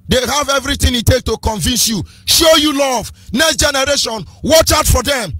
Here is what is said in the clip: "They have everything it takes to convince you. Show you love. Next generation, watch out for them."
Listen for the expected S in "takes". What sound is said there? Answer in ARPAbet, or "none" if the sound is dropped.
none